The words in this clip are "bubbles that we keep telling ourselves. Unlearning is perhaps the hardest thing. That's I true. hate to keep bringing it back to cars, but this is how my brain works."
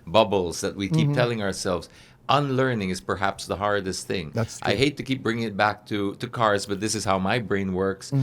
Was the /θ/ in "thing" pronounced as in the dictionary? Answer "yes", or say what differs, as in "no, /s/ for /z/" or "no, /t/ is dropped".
yes